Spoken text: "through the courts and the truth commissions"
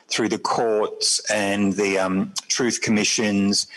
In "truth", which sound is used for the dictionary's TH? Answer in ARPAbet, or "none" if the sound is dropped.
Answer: TH